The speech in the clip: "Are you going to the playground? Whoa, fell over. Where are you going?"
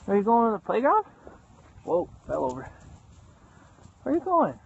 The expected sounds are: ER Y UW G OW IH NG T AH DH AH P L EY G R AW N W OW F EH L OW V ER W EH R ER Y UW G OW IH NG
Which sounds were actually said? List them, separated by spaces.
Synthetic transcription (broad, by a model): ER Y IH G OW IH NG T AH DH AH P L EY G AW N W OW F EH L OW V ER R ER Y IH G OW IH NG